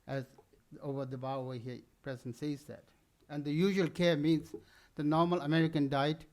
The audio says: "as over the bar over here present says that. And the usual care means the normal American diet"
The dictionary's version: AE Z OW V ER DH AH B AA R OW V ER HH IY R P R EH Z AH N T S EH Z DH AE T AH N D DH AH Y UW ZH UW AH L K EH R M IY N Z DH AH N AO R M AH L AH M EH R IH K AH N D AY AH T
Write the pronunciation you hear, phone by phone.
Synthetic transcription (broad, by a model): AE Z OW V ER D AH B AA W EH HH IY P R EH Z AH N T S EH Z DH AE T AH N D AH Y UW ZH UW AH L K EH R M IY N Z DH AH N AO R M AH L AH M EH R IH K AH N D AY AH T